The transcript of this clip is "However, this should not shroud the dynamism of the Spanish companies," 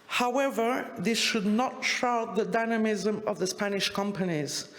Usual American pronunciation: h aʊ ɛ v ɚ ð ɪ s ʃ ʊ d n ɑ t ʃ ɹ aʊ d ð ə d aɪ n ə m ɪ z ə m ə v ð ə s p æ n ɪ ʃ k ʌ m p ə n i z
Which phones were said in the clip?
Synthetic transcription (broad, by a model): h aʊ ɛ v ɚ ð ɪ s ʃ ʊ d n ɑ t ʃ aʊ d ð ə d aɪ n ə m ɪ z ə m ə v ð ə s p æ n ɪ ʃ k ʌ m p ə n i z